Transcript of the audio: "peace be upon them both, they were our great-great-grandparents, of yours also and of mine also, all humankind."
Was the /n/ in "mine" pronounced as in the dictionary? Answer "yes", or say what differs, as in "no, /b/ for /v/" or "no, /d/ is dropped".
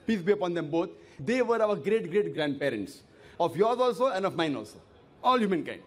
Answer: yes